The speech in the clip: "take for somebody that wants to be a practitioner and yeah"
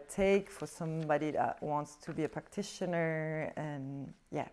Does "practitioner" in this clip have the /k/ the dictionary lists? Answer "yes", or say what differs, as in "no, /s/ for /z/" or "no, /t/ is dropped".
yes